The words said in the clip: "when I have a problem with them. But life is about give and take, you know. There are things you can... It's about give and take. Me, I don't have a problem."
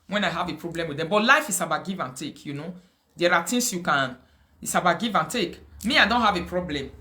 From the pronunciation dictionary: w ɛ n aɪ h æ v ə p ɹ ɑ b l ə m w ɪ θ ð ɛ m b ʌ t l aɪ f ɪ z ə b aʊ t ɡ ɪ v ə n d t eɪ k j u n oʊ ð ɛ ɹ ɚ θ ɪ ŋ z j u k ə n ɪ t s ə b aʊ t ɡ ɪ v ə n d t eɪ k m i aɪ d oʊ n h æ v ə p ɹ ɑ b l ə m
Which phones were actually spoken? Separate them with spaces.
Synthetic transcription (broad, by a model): w ɛ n aɪ h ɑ v ə p ɹ ɑ b l ə m w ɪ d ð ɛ m b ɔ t l aɪ f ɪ s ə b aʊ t ɡ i v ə n t eɪ k j u n oʊ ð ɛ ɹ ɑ t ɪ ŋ s j u k ə n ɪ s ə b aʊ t ɡ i v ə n t eɪ k m i aɪ d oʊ n h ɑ v ə p ɹ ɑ b l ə m